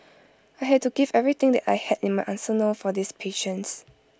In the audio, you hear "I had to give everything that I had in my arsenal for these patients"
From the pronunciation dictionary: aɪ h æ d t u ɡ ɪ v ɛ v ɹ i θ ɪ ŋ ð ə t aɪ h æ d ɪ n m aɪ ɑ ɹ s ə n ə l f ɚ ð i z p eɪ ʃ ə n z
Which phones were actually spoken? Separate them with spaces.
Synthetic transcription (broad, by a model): aɪ h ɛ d t u ɡ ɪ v ɛ v ɹ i t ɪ ŋ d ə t aɪ h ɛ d ɪ n m aɪ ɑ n s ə n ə f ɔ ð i s p eɪ ʃ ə n s